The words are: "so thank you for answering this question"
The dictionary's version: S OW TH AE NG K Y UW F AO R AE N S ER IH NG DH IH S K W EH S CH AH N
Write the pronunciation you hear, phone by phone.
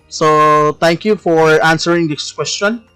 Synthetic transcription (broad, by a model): S OW T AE NG K Y UW F AO R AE N S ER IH NG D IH S K W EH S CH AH N